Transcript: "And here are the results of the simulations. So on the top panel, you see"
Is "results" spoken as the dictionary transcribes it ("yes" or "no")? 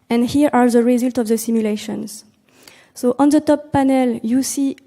no